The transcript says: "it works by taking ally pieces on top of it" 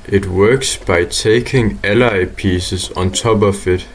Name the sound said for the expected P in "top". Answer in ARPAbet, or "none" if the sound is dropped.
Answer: B